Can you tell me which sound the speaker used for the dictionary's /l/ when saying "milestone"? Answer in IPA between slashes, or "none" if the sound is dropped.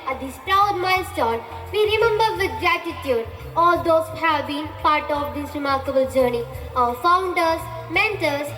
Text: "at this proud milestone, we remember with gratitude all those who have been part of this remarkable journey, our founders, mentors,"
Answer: none